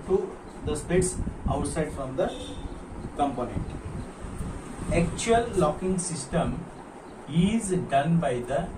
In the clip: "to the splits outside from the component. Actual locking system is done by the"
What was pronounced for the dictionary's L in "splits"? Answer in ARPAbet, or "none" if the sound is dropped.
none